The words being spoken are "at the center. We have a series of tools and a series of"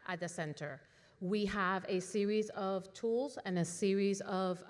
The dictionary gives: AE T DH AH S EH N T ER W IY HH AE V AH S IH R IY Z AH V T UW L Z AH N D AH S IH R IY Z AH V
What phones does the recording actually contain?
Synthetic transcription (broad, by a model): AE T DH AH S EH N T ER W IY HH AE V AH S IH R IY Z AH V T UW L Z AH N AH S IH R IY Z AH V